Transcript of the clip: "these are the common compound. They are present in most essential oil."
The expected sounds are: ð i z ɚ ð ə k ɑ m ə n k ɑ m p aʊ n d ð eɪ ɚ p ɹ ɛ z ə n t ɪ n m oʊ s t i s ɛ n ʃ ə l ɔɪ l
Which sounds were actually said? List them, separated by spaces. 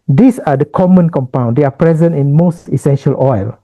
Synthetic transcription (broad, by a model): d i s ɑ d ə k ɑ m ə n k ɑ m p aʊ n d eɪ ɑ p ɹ ɛ z ə n t ɪ n m oʊ s t i s ɛ n ʃ ə l ɔɪ l